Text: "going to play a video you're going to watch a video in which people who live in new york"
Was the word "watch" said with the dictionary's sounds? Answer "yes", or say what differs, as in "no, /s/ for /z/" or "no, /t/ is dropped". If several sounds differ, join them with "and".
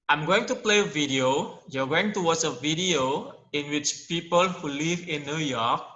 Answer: no, /s/ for /tʃ/